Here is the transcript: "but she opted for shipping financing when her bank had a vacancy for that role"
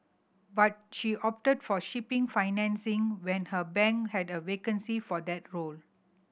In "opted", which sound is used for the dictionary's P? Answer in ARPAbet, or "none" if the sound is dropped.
P